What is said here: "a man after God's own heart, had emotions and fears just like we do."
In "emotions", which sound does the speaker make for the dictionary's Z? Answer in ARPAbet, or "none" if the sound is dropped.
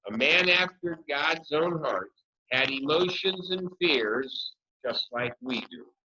Z